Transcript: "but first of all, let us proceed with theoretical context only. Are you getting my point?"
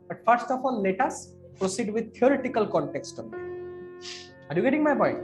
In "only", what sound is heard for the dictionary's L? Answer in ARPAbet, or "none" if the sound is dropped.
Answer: none